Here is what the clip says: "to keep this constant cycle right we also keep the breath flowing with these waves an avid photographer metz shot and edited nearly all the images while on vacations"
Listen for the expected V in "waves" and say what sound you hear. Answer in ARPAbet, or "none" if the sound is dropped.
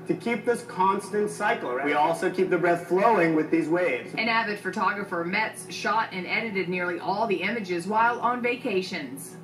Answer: V